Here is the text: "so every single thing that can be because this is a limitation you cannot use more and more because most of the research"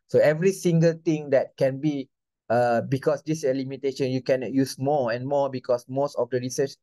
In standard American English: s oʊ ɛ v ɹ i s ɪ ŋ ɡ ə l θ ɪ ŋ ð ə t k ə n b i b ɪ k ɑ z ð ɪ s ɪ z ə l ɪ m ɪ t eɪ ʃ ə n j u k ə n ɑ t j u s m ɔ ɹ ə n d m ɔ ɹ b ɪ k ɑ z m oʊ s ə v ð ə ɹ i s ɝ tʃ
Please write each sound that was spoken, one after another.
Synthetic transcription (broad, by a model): s oʊ ɛ v ɹ i s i ŋ ɡ ə l t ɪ ŋ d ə t k ə n b i b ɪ k ɑ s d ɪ s ə l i m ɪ t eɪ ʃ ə n j u k ə n ɑ t j u s m ɔ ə n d m ɔ b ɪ k ɑ s m oʊ s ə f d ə ɹ i s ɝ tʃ